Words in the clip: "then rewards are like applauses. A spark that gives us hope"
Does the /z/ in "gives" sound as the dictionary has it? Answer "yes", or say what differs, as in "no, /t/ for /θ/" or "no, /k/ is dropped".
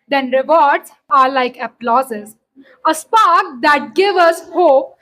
no, /z/ is dropped